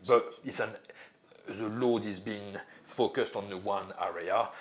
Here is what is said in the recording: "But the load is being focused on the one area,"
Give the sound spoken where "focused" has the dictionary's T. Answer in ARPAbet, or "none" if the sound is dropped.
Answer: T